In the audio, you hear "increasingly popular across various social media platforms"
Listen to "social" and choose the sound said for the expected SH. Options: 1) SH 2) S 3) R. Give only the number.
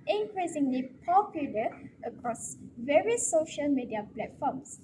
1